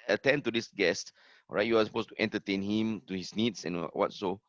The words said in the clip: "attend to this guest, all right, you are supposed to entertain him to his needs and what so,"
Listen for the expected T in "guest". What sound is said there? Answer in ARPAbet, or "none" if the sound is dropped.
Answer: T